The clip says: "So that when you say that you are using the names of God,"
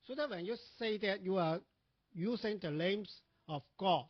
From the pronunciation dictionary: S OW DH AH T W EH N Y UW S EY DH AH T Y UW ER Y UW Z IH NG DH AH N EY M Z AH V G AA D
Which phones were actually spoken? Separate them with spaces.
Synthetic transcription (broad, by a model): S OW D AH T W EH N Y UW S EY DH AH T Y UW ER Y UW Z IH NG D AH L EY M S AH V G AA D